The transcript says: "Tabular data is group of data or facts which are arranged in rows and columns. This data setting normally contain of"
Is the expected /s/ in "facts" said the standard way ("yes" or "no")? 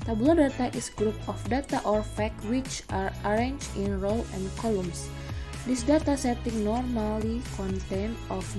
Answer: no